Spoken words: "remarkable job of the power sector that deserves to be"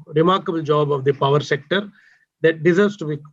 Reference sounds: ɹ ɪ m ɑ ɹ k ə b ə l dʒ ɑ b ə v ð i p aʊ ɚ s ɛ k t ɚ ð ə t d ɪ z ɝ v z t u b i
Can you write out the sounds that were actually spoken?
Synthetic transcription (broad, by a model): ɹ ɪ m ɑ ɹ k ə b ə l dʒ ɑ b ə v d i p aʊ ɚ s ɛ k t ɚ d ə t d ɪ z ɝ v s t u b i